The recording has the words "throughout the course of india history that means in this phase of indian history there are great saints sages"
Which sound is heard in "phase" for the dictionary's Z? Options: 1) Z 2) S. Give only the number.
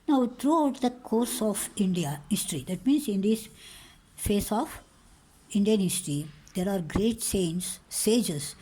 2